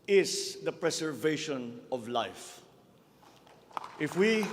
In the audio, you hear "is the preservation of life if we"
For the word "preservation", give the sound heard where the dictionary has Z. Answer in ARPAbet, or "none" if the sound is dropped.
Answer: S